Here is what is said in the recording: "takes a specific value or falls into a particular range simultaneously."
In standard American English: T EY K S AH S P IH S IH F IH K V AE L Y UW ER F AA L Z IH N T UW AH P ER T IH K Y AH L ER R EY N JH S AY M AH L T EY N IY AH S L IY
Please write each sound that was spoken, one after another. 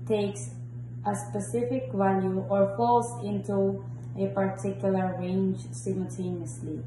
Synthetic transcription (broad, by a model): T EY K S AH S P IH S IH F IH K V AE L Y UW ER F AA L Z IH N T UW AH P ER T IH K Y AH L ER R EY N JH S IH M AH L T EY N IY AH S L IY